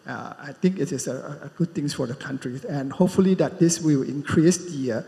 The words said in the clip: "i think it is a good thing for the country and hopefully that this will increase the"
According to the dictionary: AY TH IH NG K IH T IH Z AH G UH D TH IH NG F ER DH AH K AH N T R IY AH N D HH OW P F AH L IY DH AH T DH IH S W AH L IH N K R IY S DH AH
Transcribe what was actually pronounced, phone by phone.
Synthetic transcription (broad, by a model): AY T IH NG K IH T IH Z AH G UH D T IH NG F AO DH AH K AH N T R IY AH N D HH OW P F AH L IY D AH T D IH S W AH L IH N K R IY S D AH